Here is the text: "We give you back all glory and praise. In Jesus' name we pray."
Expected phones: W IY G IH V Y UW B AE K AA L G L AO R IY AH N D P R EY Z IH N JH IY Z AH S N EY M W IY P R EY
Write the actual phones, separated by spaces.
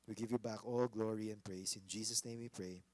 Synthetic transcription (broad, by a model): W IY G IH V Y UW B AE K AA L G L AO R IY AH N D P R EY S IH N JH IY S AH S N EY M W IY P R EY